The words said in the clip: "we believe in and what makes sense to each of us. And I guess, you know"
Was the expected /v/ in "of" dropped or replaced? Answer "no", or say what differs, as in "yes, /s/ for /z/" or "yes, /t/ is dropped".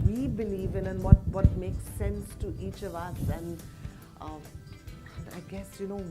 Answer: no